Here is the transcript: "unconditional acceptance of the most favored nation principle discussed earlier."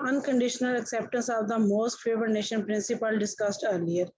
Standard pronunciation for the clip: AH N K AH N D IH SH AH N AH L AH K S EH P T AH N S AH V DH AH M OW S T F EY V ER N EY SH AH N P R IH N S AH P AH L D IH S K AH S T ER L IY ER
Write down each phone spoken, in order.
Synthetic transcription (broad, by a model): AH N K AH N D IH SH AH N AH L AH K S EH P T AH N S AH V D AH M OW S T F EY V ER N EY SH AH N P R IH N S AH P AH L D IH S K AH S T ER L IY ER